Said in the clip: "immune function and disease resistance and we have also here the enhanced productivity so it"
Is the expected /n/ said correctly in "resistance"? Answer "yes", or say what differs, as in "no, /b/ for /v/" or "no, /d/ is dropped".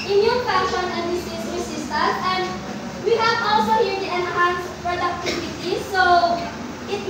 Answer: no, /n/ is dropped